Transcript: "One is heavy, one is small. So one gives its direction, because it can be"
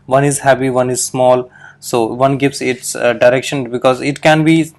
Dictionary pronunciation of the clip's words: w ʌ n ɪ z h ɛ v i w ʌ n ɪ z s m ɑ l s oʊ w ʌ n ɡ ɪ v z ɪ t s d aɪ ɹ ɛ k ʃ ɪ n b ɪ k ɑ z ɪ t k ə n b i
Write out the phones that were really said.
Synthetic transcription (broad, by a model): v ʌ n ɪ z h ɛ p i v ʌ n ɪ z s m ɑ l s oʊ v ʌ n ɡ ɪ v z ɪ t s d aɪ ɹ ɛ k ʃ ɪ n b ɪ k ɑ z ɪ t k ə n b i